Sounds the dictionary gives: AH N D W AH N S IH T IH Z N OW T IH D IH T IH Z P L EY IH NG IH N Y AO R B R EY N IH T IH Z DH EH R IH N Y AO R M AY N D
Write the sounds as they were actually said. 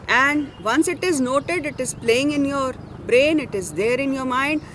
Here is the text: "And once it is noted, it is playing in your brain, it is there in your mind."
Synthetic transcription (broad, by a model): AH N D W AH N S IH T IH Z N OW T IH D IH T IH Z P L EY IH NG IH N Y AO R B R EY N IH T IH Z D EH R IH N Y AO R M AY N D